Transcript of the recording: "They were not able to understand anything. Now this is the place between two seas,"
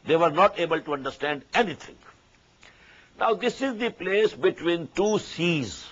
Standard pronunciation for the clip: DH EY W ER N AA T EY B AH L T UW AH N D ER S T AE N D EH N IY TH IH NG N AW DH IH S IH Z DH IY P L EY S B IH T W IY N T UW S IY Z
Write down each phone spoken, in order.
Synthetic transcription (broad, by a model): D EY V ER N AA T EY B AH L T UW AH N D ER S T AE N D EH N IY T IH NG N AW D IH S IH Z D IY P L EY S B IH T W IY N T UW S IY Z